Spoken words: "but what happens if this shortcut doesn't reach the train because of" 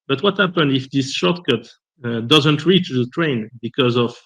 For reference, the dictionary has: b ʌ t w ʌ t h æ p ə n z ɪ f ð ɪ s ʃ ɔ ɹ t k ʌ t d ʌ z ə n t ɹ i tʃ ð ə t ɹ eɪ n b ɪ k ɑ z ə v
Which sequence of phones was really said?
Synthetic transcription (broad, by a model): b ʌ t w ʌ t h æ p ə n ɪ f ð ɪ s ʃ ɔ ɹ t k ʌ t d ʌ z ə n t ɹ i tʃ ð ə t ɹ eɪ n b ɪ k ɑ z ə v